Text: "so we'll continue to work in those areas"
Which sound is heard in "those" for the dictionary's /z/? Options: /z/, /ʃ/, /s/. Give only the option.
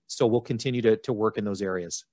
/z/